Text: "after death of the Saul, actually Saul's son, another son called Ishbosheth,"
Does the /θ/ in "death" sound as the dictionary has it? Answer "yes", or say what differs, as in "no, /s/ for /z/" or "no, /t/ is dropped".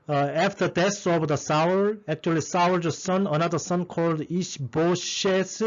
no, /s/ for /θ/